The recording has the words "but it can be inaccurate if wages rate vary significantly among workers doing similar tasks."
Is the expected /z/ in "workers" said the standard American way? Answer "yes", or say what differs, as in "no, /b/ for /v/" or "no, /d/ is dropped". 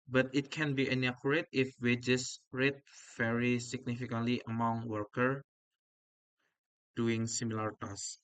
no, /z/ is dropped